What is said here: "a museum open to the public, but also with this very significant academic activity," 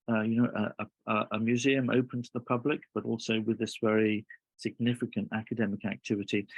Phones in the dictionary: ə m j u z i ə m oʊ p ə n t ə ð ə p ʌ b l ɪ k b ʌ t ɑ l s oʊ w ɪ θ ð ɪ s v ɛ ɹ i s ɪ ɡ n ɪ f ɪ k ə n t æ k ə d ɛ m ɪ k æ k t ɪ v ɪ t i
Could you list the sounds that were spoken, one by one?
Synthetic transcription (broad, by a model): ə m j u z i ə m oʊ p ə n t ə ð ə p ʌ b l ɪ k b ʌ t ɑ l s oʊ w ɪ ð ɪ s v ɛ ɹ i s ɪ ɡ n ɪ f ɪ k ə n t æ k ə d ɛ m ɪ k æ k t ɪ v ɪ t i